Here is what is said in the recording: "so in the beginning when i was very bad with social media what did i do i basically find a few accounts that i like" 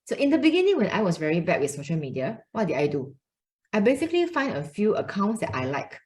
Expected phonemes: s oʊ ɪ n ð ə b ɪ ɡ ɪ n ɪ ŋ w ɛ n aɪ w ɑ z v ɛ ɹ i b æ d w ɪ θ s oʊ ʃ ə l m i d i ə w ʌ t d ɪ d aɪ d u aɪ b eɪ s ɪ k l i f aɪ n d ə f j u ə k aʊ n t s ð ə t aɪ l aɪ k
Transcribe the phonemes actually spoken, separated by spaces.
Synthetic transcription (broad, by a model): s oʊ ɪ n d ə b ɪ ɡ ɪ n ɪ ŋ w ɛ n aɪ w ɑ s v ɛ ɹ i b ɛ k w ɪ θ s oʊ ʃ ə l m i d i ə w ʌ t d ɪ d aɪ d u aɪ b eɪ s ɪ k l i f aɪ n d ə f j u ə k aʊ n t s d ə t aɪ l aɪ k